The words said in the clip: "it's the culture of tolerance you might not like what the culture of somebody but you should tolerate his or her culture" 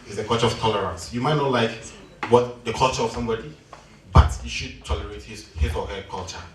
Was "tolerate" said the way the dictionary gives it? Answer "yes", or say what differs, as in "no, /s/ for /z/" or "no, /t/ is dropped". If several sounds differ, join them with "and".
yes